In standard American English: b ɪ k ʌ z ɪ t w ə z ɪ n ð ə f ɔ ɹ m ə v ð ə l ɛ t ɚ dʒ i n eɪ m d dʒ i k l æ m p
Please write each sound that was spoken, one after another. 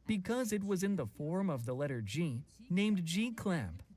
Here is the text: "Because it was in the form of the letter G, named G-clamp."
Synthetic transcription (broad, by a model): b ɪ k ʌ z ɪ t w ə z ɪ n ð ə f ɔ ɹ m ə v ð ə l ɛ t ɚ dʒ i n eɪ m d dʒ i k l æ m p